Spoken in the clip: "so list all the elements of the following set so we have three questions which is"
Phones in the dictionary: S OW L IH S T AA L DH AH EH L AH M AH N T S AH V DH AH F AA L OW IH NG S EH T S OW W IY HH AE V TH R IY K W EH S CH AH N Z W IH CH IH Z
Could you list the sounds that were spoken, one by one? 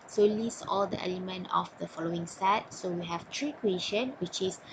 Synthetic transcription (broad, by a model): S OW L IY S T AA L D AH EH L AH M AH N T AH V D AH F AA L OW IH NG S EH T S OW W IY HH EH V T R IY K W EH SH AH N W IH CH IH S